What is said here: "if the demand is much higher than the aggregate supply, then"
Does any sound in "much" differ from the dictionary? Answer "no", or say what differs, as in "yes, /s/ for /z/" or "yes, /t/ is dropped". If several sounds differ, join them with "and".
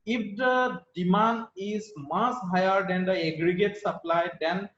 yes, /s/ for /tʃ/